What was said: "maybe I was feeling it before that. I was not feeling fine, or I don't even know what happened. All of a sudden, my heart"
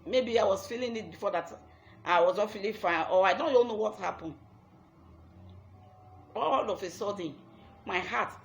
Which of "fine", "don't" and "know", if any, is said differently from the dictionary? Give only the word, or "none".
fine